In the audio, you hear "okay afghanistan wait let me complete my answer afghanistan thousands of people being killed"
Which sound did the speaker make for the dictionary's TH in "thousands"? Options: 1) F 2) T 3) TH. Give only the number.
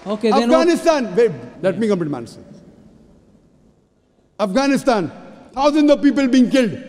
2